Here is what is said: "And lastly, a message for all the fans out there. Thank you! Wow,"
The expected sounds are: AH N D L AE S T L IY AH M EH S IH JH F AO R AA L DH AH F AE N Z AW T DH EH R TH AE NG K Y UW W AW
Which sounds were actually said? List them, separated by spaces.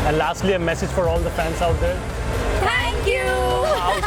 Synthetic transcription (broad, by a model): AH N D L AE S T L IY AH M EH S IH JH F AO R AA L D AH F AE N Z AW T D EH R T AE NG K Y UW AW